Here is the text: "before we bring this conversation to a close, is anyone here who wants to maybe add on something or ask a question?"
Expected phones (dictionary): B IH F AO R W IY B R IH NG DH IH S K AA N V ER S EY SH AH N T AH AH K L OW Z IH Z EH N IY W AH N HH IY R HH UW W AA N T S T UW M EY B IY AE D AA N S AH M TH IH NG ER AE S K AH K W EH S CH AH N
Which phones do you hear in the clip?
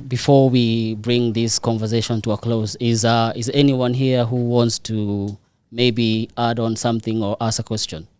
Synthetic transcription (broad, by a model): B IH F AO R W IY B R IH NG DH IH S K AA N V ER S EY SH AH N T AH AH K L OW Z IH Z EH N IY W AH N HH IY R HH UW W AA N T S T UW M EY B IY AE D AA N S AH M TH IH NG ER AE S AH K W EH S CH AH N